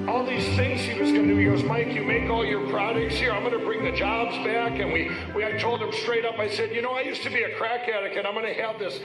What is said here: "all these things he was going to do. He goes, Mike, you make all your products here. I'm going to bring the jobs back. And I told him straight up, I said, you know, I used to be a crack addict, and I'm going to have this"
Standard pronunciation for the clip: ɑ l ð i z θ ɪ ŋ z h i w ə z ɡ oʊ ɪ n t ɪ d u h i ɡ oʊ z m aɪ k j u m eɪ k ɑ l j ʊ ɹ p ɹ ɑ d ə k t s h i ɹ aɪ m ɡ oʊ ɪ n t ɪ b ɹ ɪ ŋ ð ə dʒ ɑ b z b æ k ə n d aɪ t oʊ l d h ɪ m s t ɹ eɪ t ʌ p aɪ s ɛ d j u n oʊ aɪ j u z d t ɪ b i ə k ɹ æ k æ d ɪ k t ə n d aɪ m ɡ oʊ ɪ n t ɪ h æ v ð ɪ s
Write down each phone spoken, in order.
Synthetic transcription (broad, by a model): ɑ l ð i z θ ɪ ŋ z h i w ə z ɡ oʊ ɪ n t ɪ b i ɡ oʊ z m aɪ k j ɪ m eɪ k ɑ l j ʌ ɹ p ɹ ɑ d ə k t s h i ɹ aɪ m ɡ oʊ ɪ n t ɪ b ɹ ɪ ŋ ð ə dʒ ɑ b z b æ k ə n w aɪ t oʊ l d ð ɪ m s t ɹ eɪ t ʌ p aɪ s ɛ d j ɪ n oʊ aɪ j u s t ɪ b i ə k ɹ æ k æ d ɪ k ə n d aɪ m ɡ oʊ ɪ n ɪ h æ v ð ɪ s